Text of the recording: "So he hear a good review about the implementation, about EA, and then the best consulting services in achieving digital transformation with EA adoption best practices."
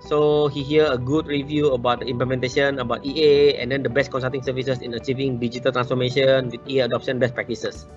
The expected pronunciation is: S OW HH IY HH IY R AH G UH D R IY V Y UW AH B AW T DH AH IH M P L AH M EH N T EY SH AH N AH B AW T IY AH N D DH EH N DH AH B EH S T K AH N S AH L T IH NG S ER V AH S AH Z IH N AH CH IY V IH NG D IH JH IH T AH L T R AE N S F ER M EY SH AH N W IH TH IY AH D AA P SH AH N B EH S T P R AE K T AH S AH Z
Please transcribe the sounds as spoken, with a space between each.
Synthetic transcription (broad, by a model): S OW HH IY HH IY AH AH G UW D R IY V Y UW AH B AW T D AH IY M P L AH M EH N T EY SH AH N AH B AW T IY AH N D EH N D AH B EH S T K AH N S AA L T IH NG S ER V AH S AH S IH N AH CH IY V IH NG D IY JH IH T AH L T R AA N S F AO M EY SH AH N W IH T IY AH D AA P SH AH N B EH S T P R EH K T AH S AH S